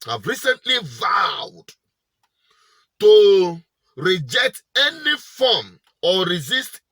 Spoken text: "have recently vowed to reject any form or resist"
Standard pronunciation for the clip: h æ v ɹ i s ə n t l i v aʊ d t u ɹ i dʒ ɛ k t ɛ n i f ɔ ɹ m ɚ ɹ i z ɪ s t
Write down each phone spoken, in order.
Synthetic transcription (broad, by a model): h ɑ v ɹ i s ə n t l i v aʊ d t u ɹ i dʒ ɛ k t ɛ n i f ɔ m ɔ ɹ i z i s t